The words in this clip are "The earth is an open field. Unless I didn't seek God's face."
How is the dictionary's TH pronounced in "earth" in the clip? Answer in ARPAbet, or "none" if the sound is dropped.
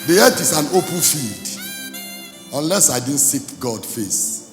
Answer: T